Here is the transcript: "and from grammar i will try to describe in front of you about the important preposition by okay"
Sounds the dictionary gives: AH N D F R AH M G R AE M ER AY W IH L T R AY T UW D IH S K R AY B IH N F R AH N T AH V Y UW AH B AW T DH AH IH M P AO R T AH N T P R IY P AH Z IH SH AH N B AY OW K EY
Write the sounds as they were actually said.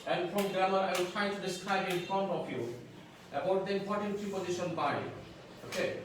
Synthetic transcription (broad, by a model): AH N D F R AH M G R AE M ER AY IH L T R AY T UW D IH S K R AY B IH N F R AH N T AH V Y UW AH B AW T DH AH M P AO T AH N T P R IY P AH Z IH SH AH N B AY OW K EY